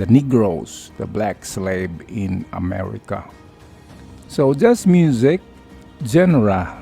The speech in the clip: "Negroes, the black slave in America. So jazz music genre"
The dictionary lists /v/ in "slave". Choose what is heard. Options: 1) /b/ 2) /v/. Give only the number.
1